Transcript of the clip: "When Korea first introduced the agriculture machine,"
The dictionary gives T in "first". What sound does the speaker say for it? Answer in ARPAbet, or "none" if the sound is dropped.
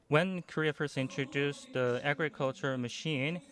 none